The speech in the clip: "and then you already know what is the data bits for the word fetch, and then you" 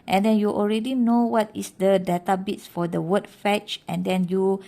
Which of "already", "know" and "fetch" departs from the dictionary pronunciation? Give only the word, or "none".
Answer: none